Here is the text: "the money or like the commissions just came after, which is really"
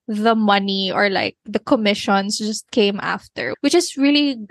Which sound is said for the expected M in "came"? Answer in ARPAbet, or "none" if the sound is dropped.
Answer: M